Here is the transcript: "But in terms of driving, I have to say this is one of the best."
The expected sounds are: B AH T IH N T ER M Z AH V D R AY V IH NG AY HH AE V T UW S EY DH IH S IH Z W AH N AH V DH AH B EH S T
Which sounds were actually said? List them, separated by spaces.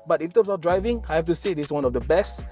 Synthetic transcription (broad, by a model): B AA T IH N T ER M S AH F D R AY V IH NG AY HH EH F T UW S EY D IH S W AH N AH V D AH B EH S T